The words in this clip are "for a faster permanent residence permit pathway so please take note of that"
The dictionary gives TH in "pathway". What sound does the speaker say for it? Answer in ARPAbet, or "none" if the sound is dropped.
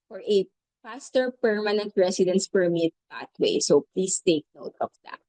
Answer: T